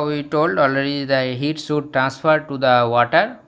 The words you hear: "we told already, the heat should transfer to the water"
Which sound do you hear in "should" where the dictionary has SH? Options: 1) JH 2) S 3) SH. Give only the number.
2